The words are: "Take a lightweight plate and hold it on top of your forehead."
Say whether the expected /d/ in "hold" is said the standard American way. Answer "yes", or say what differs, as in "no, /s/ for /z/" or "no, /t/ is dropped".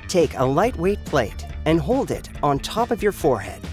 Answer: yes